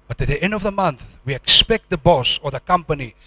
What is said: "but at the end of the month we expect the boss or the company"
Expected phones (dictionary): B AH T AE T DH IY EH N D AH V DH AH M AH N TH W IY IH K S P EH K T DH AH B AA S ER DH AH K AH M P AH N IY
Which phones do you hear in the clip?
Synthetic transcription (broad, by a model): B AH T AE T DH IY EH N D AH V DH AH M AH N TH W IY IH K S P EH K T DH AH B AA S ER DH AH K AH M P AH N IY